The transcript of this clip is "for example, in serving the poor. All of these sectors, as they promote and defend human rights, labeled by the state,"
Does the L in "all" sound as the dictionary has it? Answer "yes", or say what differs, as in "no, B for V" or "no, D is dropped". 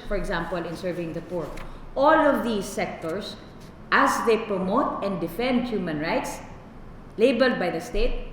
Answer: yes